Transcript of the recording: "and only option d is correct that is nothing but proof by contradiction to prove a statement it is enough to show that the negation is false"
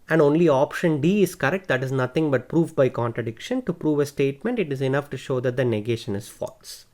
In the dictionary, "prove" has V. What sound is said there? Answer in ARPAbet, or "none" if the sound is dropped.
V